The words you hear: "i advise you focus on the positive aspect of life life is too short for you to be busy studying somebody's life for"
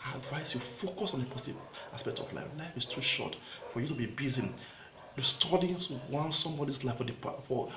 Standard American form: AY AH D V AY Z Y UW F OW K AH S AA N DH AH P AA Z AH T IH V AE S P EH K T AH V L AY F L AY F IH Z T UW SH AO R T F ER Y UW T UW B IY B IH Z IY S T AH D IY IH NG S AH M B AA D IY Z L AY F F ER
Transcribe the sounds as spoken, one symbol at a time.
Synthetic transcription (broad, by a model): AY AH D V AY S Y UW F OW K AH S AA N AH P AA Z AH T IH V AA S P EH K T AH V L AY F L AY F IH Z T UW SH AO T F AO Y UW T UW B IY B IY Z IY S T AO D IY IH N S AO M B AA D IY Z L AY F F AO